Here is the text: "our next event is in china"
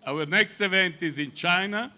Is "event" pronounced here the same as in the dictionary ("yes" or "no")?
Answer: yes